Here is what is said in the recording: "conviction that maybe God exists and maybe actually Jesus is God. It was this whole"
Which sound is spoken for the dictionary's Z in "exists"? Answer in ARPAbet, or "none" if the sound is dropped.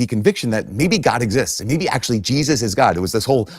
Z